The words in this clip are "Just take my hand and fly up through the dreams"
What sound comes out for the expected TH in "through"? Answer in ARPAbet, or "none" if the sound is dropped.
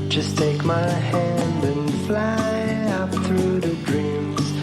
TH